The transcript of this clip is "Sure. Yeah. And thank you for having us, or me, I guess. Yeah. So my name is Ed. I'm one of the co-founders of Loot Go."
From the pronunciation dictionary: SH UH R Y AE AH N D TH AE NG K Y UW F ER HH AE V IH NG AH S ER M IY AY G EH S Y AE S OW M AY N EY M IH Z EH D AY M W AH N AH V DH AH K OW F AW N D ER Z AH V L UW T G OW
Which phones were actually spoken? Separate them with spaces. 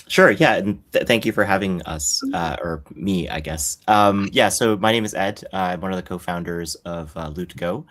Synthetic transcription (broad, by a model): SH UH R Y AE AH N TH AE NG K Y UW F ER HH AE V IH NG AH S ER M IY AY G EH S Y AE S OW M AY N EY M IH Z EH D AY M W AH N AH V DH AH K OW F AW N D ER Z AH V L UW T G OW